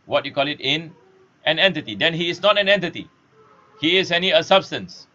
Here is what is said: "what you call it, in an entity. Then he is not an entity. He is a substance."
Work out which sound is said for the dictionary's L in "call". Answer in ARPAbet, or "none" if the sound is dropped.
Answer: L